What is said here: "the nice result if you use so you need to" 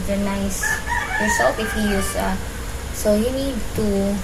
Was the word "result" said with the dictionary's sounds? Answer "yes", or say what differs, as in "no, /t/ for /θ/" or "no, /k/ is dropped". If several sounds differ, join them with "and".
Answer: no, /s/ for /z/